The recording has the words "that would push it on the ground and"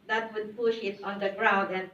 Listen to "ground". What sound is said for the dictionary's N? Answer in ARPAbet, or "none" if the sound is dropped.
none